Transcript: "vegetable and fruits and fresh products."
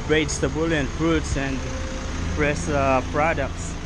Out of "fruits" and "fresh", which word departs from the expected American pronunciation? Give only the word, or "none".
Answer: fresh